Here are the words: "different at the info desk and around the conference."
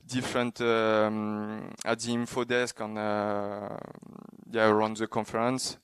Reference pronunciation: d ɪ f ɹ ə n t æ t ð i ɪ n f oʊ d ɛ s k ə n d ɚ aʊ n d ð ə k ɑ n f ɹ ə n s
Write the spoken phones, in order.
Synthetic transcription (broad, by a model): d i f ɹ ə n t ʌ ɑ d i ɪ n f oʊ d ɛ s k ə n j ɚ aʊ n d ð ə k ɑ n f ɹ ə n s